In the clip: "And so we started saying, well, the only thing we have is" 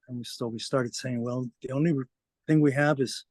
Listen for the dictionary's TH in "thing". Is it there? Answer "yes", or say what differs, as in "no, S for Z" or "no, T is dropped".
yes